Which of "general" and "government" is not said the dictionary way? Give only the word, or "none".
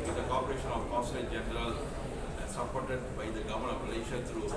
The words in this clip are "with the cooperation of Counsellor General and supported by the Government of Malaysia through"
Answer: government